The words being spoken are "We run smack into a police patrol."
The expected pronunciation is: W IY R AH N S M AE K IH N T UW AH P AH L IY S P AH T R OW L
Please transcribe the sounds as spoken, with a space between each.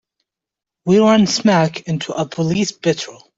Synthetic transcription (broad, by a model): W IY R AH N S M AE K IH N T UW AH P AH L IY S B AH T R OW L